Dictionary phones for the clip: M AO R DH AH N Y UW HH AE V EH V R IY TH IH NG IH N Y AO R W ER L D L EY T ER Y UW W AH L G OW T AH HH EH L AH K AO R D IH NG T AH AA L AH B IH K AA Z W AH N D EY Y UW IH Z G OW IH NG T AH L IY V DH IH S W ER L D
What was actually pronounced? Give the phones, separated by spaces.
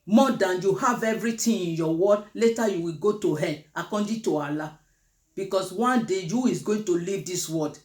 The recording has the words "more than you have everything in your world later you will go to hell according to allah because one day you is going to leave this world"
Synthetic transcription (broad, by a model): M AO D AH N Y UW HH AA V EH V R IY T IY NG IH N Y AO W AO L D L EY T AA Y UW W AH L G OW T AH HH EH N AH K AO D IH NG T AH AA L AH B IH K AA S W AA N D EY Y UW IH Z G OW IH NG T AH L IY V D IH S W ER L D